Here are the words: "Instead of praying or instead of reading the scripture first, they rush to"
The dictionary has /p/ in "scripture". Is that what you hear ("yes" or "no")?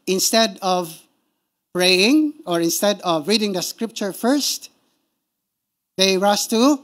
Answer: yes